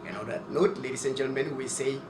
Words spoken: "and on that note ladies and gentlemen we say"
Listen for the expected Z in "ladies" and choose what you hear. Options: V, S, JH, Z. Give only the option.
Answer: S